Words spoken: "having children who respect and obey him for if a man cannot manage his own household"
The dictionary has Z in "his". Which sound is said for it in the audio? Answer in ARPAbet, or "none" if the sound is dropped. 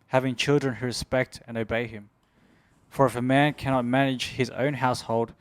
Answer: Z